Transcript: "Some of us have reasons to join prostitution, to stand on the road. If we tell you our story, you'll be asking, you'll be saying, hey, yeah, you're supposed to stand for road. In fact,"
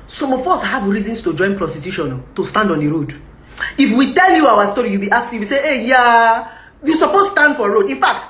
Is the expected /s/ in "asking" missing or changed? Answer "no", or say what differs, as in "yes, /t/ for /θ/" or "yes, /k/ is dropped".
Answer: yes, /s/ is dropped